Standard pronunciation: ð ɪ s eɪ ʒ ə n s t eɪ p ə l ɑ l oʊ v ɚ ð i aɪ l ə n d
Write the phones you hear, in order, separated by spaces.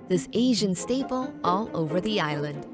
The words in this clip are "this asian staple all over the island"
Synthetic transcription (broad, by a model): ð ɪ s eɪ ʒ ə n s t eɪ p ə l ɑ l oʊ v ɚ ð i aɪ l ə n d